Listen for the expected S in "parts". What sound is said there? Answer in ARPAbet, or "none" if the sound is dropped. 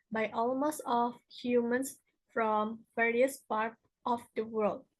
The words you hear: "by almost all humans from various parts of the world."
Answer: none